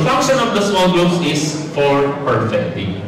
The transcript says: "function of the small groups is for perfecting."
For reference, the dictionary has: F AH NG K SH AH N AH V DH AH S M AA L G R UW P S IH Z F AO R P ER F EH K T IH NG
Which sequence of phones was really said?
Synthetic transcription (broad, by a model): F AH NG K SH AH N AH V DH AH S M AA L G UW S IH S F AO R P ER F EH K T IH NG